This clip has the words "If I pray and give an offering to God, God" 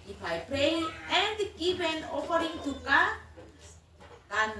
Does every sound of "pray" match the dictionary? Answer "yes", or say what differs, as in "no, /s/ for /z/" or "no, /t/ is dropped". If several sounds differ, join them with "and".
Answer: no, /ɹ/ is dropped